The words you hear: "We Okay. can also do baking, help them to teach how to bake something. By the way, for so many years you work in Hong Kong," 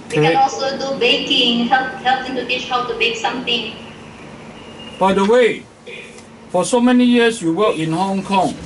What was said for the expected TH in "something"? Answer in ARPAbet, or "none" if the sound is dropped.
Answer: T